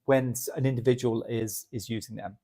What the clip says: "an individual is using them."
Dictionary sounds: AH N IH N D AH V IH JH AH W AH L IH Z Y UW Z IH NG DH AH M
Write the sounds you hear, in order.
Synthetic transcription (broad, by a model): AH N IH N D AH V IH JH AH W AH L IH Z Y UW Z IH NG DH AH M